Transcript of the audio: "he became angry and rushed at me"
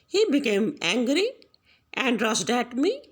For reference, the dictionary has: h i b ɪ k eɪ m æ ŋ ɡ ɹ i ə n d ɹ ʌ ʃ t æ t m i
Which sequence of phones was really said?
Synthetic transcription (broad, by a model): h i b ɪ k eɪ m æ ŋ ɡ ɹ i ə n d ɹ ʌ s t æ t m i